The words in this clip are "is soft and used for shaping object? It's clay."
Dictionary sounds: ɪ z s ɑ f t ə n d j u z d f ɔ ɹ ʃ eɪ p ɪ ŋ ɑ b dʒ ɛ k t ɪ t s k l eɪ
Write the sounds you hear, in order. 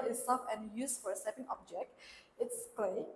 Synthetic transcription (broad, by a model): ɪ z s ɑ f ə n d j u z f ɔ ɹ s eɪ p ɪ ŋ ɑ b dʒ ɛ k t ɪ t s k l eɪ